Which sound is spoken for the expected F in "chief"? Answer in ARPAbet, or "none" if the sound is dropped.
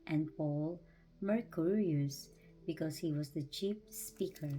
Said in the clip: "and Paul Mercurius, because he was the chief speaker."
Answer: P